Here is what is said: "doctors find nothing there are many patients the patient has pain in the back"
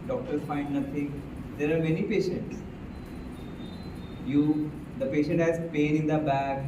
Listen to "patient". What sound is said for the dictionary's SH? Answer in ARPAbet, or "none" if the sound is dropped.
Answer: SH